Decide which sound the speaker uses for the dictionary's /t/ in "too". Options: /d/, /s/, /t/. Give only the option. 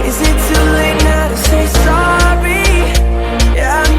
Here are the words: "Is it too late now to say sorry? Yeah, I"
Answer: /s/